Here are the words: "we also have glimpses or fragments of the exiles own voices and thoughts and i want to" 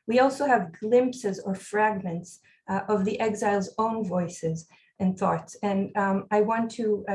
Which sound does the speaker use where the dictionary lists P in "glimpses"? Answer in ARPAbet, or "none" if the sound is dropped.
P